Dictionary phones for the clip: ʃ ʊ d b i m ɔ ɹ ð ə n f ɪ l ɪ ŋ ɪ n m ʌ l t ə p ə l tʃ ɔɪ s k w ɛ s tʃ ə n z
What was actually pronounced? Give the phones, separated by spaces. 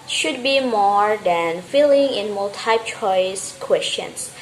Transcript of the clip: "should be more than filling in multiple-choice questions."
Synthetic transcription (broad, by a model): ʃ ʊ d b i m ɔ ɹ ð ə n f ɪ l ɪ ŋ ɪ n m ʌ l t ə ə tʃ ɔɪ s k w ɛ s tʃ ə n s